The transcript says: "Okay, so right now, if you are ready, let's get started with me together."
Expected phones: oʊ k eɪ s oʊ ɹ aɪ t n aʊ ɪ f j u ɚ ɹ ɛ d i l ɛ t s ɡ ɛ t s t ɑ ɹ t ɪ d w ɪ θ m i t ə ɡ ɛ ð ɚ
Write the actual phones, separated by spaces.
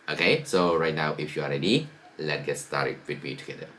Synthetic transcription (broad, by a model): oʊ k eɪ s oʊ ɹ aɪ t n aʊ ɪ f j u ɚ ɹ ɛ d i l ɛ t ɡ ɛ t s t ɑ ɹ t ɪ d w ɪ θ m i t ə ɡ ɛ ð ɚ